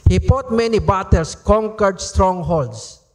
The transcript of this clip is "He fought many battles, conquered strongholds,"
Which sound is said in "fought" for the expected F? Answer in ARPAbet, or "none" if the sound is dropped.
P